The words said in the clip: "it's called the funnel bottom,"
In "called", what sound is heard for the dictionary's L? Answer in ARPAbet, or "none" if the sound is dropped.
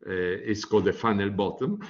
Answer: none